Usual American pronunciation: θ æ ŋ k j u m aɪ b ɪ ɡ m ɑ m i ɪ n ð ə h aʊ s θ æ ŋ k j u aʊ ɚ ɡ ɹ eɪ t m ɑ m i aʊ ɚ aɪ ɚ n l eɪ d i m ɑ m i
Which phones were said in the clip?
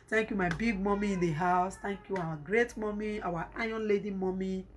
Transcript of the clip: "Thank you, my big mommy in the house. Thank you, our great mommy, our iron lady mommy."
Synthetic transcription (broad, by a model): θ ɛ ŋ k j u m aɪ b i ɡ m ɑ m i ɪ n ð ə h aʊ s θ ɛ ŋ k j u aʊ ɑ ɡ ɹ eɪ t m ɑ m i aʊ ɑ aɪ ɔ n l eɪ d i m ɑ m i